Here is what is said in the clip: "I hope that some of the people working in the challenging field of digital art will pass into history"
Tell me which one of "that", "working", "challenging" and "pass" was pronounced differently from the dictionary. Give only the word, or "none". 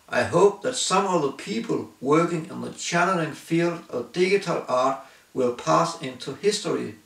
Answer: challenging